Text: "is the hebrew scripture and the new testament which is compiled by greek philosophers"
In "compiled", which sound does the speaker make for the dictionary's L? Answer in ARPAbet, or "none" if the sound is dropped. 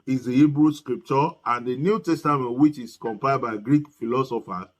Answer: none